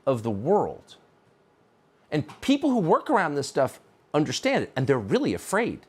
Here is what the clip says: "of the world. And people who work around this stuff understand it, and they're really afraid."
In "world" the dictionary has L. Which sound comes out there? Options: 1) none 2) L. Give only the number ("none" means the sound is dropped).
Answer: 2